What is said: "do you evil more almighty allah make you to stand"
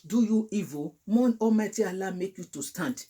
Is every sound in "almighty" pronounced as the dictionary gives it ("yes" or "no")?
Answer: no